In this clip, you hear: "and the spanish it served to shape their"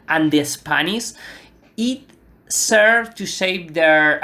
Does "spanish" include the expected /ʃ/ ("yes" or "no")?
no